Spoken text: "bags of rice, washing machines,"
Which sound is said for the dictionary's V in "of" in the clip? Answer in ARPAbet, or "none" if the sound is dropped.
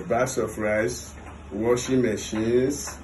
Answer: P